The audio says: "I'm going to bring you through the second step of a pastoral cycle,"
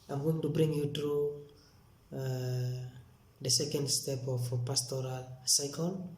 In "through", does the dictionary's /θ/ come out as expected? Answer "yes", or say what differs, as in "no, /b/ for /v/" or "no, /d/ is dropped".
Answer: no, /t/ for /θ/